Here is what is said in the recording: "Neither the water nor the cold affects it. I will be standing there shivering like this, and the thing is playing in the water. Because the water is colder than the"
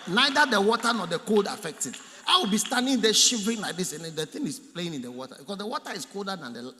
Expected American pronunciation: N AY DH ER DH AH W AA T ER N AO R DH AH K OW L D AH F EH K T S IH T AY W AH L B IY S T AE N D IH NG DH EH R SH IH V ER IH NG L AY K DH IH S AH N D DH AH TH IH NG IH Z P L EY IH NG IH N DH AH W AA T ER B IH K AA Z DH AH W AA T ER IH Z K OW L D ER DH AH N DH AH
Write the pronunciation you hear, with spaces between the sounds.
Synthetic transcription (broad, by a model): N AY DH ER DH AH W AA T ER N AO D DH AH K OW L D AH F EH K T IH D AY W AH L B IY S T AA N D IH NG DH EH SH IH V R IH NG L AY K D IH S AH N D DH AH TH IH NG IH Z P L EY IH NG IH N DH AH W AA T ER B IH K AA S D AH W AA T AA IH S K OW L D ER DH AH N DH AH